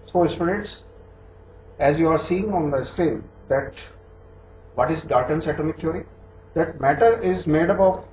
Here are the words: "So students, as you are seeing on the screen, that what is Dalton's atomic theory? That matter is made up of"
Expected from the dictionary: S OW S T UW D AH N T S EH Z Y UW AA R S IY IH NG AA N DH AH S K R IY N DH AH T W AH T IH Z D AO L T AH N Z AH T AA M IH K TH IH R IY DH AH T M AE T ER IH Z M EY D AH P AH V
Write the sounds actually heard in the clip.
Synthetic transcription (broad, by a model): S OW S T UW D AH T S EH Z Y UW AA R S IY IH NG AA N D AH S K R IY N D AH T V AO T IH Z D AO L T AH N S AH T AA M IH K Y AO R IY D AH T M AE T ER IH Z M EY D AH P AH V